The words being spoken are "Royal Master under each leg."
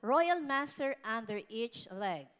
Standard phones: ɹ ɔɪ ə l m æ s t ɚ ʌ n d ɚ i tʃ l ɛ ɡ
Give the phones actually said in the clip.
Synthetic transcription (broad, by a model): ɹ ɔɪ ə l m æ s t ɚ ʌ n d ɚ i tʃ l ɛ ɡ